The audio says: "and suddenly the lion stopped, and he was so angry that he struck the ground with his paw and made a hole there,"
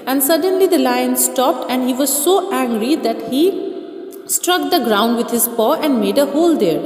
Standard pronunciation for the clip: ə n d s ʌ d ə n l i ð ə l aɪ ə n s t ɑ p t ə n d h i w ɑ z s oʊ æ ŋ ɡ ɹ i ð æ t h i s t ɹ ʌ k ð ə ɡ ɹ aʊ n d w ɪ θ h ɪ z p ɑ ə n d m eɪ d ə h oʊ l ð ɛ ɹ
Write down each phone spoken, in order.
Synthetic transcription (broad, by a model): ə n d s ʌ d ə n l i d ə l aɪ ə n s t ɑ p t ə n d h i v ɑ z s oʊ æ ŋ ɡ ɹ i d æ t h i s t ɹ ʌ k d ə ɡ ɹ aʊ n d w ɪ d h ɪ z p ɑ ə n d m eɪ d ə h oʊ l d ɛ ɹ